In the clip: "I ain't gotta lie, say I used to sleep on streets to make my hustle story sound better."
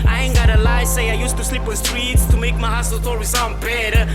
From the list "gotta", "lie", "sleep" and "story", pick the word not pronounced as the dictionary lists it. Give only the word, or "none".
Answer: story